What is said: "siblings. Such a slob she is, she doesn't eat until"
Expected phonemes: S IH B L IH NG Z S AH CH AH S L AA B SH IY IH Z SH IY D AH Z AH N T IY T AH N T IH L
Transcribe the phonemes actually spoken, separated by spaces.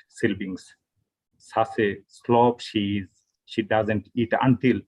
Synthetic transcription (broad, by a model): S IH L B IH NG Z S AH S AH S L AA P SH IY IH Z SH IY D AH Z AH N T IY T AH N T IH L